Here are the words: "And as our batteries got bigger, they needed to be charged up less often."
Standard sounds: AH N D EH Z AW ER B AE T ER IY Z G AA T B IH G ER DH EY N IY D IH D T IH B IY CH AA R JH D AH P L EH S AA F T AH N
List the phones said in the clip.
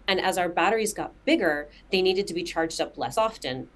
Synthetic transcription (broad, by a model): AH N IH Z AW ER B AE T ER IY Z G AA T B IH G ER DH EY N IY D IH D T IH B IY CH AA R JH D AH P L EH S AA F T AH N